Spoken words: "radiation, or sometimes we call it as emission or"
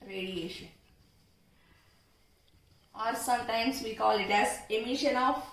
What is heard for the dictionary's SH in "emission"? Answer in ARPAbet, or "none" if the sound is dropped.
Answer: SH